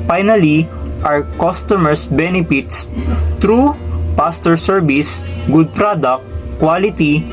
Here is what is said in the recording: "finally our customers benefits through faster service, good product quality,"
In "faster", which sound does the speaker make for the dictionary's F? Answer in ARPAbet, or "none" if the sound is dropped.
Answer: P